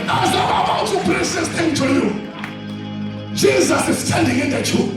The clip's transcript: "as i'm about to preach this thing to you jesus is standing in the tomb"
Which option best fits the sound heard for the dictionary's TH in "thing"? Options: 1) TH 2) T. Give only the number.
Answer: 2